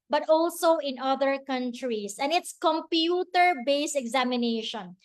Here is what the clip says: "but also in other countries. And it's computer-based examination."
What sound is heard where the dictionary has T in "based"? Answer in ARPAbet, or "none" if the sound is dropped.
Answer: none